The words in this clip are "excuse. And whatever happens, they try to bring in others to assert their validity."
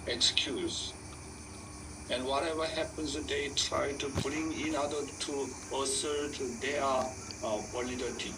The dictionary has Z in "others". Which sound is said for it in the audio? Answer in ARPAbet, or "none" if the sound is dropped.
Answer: none